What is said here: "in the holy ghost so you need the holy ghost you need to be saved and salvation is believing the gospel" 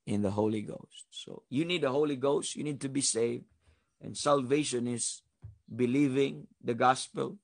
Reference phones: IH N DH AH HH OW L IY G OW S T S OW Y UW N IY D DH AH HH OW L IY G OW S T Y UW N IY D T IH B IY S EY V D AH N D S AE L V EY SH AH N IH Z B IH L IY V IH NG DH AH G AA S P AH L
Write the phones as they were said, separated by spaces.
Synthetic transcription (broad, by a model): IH N DH AH HH OW L IY G OW S T S OW Y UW N IY D DH AH HH OW L IY G OW S T Y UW N IY D T IH B IY S EY V D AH N S AE L V EY SH AH N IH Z B IH L IY V IH NG DH AH G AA S P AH L